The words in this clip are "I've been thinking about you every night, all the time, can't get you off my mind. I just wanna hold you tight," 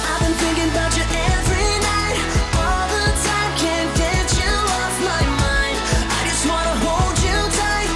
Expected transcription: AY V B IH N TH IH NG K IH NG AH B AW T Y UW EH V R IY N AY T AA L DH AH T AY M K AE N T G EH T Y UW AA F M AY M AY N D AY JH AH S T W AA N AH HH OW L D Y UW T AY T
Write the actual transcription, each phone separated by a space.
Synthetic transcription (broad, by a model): AY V B IH N TH IH NG K IH NG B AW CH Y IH EH V R IY N AY T AA L DH AH T AY M K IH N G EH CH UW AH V M AY M AY N D AY JH AH S T W AA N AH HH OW L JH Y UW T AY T